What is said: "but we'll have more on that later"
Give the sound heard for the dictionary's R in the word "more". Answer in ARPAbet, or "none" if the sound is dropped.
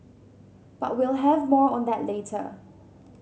R